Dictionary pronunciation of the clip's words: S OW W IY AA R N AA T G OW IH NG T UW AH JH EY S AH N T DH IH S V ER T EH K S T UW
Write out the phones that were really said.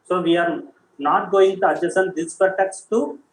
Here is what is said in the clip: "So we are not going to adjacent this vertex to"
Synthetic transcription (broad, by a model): S OW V IY AA R N AA T G OW IH NG T UW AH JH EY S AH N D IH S F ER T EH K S T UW